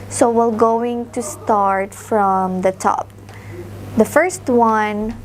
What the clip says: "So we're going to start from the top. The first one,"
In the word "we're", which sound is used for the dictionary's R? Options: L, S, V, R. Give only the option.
L